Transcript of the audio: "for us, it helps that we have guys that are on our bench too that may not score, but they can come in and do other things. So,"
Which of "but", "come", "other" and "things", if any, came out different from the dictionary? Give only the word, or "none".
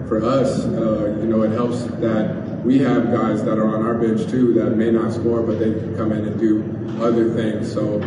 none